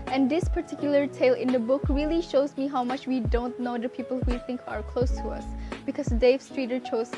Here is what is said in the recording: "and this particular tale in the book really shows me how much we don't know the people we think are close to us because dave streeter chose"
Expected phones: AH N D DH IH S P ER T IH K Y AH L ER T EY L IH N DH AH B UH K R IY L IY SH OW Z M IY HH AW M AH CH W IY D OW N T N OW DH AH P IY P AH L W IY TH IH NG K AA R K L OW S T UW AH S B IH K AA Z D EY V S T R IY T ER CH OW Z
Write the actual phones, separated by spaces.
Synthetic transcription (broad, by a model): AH N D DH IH S P ER T IH K Y AH L ER T EY L IH N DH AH B UH K R IY L IY SH OW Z M IY HH AW M AH CH W IY D OW N T N OW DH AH P IY P AH L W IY TH IH NG K AA R K L OW S T UW AH S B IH K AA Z D EY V S T R IY T ER CH OW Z